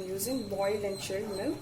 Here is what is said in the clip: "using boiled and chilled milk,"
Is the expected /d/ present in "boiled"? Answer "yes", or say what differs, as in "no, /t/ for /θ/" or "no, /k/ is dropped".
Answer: no, /d/ is dropped